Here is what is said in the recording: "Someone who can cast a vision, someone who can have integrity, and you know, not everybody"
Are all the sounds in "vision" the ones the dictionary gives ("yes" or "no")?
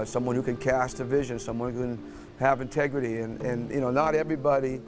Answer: yes